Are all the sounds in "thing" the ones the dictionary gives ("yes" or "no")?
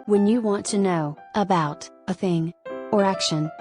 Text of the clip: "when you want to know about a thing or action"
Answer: yes